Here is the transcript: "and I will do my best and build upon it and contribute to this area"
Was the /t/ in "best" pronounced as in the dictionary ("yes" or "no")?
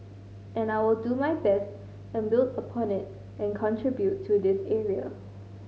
yes